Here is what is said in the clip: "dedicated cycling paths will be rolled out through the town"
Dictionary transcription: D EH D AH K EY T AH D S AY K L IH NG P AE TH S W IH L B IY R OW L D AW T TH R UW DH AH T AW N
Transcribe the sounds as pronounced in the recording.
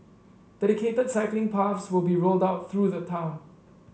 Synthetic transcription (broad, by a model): D EH D AH K EY T AH D S AY K L IH NG P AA F S W IH L B IY R OW L D AW T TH R UW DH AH T AW N